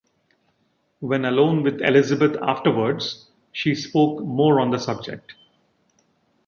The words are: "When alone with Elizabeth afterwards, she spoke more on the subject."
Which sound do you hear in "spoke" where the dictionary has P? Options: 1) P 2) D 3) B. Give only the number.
1